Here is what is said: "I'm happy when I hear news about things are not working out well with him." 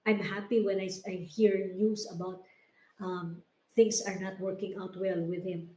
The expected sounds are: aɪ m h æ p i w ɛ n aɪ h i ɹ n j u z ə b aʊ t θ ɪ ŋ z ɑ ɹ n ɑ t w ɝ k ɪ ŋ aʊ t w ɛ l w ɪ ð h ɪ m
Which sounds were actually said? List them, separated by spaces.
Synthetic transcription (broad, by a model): aɪ m h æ p i w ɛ n aɪ h i ɹ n j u s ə b aʊ t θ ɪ ŋ s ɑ ɹ n ɑ t w ɝ k ɪ ŋ aʊ t w ɛ l w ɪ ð h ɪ m